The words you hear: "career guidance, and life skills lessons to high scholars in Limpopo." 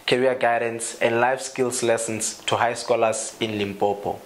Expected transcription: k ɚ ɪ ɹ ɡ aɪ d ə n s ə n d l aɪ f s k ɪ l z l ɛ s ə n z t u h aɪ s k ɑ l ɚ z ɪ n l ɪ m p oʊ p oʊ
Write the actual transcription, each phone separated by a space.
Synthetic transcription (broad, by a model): k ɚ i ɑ ɡ aɪ d ə n s ə n d l aɪ f s k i l s l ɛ s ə n s t u h aɪ s k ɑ l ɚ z ɪ n l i m p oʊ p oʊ